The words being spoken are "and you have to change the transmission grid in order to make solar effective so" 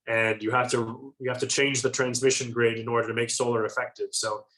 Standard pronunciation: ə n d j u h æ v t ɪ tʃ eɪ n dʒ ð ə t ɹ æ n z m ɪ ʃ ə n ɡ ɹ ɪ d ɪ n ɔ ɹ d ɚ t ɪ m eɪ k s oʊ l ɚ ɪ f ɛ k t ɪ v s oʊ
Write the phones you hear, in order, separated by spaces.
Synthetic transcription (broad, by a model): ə n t j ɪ h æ f t ɪ tʃ eɪ n dʒ ð ə t ɹ æ n z m ɪ ʃ ə n ɡ ɹ ɪ d ɪ n ɔ ɹ d ɚ t ɪ m eɪ k s oʊ l ɚ ɪ f ɛ k t ɪ v s oʊ